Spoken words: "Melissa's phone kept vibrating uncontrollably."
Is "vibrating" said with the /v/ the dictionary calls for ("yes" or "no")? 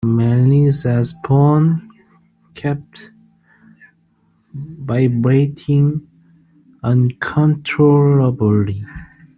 no